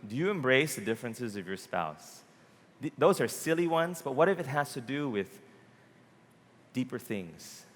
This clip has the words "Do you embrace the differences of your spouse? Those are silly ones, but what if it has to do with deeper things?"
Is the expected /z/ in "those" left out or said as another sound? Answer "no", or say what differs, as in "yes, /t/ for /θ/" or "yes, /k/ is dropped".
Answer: no